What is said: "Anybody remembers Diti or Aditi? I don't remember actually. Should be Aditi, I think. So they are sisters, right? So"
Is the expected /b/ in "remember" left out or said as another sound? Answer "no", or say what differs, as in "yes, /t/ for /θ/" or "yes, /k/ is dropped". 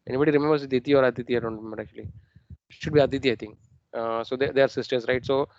yes, /b/ is dropped